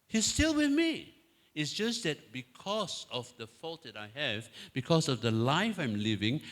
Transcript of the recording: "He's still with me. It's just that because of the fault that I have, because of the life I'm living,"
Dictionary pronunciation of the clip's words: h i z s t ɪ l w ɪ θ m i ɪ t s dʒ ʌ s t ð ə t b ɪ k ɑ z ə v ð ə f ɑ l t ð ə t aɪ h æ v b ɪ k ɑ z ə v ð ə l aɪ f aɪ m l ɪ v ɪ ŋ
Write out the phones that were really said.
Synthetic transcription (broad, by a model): h i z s t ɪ l w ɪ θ m i ɪ t s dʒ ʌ s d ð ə t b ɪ k ɑ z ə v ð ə f ɑ l t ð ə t aɪ h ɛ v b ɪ k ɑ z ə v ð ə l aɪ f aɪ m l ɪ v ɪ ŋ